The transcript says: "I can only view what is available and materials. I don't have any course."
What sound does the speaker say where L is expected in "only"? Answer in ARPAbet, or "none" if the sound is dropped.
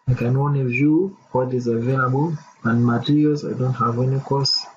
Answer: none